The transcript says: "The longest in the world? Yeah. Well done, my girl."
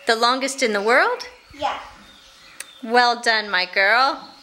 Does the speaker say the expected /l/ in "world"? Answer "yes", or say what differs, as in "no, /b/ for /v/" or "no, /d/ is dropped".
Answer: yes